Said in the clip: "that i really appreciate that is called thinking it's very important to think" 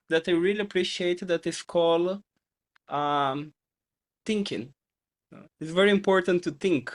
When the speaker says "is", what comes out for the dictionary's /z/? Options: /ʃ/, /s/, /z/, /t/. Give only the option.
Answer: /s/